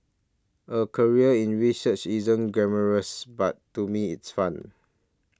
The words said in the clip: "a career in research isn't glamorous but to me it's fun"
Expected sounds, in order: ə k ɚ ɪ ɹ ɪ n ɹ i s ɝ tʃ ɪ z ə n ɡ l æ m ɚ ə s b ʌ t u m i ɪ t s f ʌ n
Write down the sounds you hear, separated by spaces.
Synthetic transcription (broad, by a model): ə k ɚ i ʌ ɪ n ɹ i s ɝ tʃ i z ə n ɡ ɛ m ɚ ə s b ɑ t u m i ɪ t s f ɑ n